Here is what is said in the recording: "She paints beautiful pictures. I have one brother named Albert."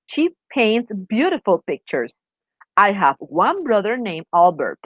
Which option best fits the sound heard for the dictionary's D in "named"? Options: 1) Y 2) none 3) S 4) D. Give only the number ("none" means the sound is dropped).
2